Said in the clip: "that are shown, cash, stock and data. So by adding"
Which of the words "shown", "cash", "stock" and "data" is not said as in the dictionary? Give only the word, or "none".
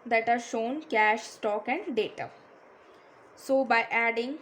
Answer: none